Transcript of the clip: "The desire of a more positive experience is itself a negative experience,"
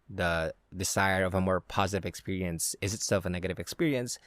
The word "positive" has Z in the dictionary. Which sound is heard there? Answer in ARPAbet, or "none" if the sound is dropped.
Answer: Z